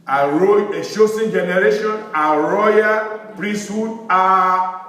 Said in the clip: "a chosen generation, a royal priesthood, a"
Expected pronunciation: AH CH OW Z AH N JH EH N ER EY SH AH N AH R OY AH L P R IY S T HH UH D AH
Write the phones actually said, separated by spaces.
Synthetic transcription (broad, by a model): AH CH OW S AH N JH EH N ER EY SH AH N AH R OY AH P R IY S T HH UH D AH